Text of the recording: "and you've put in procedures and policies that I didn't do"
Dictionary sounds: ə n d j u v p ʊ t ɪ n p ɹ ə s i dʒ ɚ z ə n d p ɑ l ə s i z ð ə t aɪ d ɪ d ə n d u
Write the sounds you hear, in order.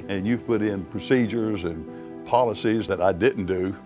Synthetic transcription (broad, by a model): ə n j u v p ʊ t ɪ n p ɹ ə s i dʒ ɚ z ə n p ɑ l ə s i z ð ə t aɪ d ɪ d n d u